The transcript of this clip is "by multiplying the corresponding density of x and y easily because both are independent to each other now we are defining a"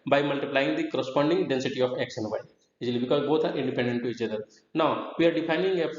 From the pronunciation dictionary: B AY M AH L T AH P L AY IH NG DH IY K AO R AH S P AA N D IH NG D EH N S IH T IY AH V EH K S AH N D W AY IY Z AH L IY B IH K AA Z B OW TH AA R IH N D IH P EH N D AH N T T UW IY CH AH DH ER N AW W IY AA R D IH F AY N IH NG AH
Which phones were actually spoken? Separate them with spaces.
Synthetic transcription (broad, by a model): B AY M AH L T AH P L AY IH NG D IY K AO R AH S P AA N D IH NG D EH N S IH T IY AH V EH K SH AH N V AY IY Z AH L IY B IH K AA Z B OW T AA R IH N D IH P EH N D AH N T T UW IY CH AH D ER N AW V IY AA R D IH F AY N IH NG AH